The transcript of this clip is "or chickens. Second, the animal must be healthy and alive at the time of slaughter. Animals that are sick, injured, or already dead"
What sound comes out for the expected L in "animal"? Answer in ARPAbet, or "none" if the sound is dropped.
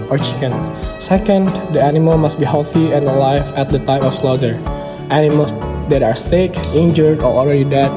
L